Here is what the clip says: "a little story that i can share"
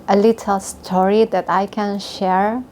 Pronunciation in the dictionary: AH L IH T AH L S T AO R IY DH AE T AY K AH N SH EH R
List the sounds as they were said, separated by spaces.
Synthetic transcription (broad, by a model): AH L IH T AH L S T AO R IY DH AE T AY K AH N SH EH R